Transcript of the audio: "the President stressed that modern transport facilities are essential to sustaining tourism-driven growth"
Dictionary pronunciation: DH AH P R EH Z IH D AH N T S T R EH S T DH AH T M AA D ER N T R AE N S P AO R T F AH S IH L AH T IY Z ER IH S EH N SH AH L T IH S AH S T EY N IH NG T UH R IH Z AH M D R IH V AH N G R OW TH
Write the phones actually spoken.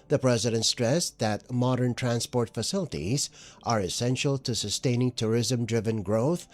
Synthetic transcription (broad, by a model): DH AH P R EH Z IH D AH N T S T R EH S DH AH T M AA D ER N T R AE N S P AO R T F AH S IH L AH T IY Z ER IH S EH N SH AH L T IH S AH S T EY N IH NG T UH R IH Z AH M D R IH V AH N G R OW TH